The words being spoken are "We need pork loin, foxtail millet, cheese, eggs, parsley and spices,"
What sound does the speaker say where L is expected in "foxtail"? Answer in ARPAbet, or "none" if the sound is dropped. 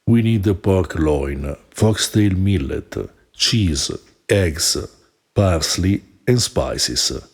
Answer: L